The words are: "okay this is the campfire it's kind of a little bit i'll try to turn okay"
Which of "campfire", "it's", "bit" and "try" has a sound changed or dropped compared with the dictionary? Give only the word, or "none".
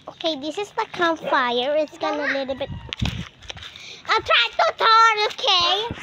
campfire